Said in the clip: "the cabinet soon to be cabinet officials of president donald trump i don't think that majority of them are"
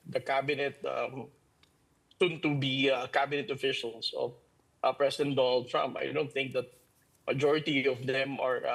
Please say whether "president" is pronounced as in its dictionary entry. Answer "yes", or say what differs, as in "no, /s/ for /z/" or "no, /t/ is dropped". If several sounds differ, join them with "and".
no, /s/ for /z/